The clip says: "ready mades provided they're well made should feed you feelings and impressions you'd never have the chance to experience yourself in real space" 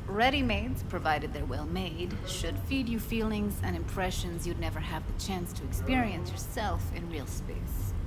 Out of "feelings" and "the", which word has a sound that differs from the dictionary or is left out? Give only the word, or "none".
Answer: none